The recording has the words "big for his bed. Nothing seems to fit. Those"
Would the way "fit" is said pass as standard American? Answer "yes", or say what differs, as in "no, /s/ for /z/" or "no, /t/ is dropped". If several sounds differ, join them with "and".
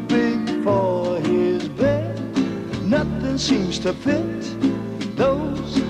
no, /p/ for /f/